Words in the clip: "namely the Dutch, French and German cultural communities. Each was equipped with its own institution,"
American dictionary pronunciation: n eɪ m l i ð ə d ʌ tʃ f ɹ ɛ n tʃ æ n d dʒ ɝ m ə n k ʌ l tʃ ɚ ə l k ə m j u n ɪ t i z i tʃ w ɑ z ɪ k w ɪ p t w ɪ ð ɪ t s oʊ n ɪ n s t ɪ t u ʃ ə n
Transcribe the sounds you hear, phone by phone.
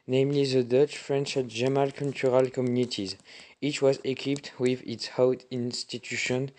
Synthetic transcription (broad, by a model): n eɪ m l i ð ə d ʌ tʃ f ɹ ɛ n tʃ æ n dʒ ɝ m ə l k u l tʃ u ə l k ə m j u n ɪ t i z i tʃ w ɑ z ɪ k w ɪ p t w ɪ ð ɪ t s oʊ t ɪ n s t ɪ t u ʃ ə n